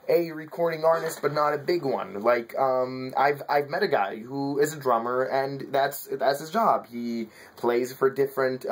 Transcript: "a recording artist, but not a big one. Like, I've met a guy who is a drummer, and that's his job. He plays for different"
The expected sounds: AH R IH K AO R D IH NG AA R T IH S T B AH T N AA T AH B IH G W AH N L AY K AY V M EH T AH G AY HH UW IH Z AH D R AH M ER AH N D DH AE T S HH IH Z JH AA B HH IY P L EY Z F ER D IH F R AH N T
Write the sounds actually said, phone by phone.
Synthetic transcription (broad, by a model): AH R IH K AO R D IH NG AA R T IH S T B AH T N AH T AH B IH G W AH N L AY K AY V M EH T AH G AY HH UW IH Z AH D R AH M ER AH N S DH AE T S HH IH Z JH AA B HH IY P L EY Z F ER D IH F R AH N T